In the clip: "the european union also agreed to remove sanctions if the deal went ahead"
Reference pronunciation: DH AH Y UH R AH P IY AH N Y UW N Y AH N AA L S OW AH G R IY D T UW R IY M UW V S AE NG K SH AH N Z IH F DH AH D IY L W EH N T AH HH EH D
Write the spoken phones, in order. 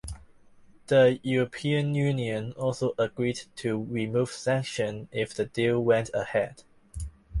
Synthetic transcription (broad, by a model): DH AH Y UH R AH P IY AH N Y UW N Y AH N AA L S OW AH G R IY D T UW R IY M UW V S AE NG K SH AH N IH F DH AH D IY L W EH N T AH HH EH D